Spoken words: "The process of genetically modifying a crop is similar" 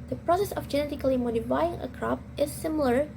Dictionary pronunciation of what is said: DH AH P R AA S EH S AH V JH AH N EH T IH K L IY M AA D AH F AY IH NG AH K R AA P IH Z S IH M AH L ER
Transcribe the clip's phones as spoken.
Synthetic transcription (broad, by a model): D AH P R AA S EH S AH F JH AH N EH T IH K L IY M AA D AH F AY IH NG AH K R AA P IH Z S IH M L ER